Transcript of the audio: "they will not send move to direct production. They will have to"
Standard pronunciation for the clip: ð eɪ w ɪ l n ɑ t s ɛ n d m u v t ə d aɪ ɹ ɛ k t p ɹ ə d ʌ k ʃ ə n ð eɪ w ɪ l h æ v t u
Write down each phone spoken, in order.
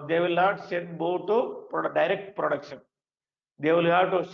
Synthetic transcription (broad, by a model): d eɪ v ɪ l n ɑ t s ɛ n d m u p t ə d aɪ ɹ ɛ k t p ɹ ə d ʌ k ʃ ə n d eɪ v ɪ l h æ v t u